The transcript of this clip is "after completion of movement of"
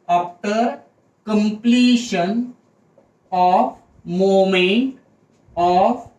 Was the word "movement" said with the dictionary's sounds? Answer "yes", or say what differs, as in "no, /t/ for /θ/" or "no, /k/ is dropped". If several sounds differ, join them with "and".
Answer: no, /v/ is dropped